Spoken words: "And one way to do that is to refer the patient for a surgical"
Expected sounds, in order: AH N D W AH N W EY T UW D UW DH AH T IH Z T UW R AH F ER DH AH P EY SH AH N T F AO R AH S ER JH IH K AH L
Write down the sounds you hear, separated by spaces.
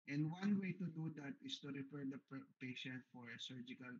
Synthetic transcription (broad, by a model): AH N D W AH N W EY T UW D UW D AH T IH S T UW R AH P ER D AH P EY SH AH N T F AO R AH S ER JH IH K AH L